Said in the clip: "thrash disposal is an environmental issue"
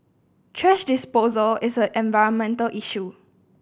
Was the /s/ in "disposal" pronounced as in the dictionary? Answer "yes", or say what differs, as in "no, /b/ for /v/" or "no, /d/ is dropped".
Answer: yes